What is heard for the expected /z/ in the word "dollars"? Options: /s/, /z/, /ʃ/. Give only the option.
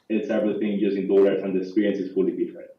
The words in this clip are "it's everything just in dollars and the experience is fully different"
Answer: /s/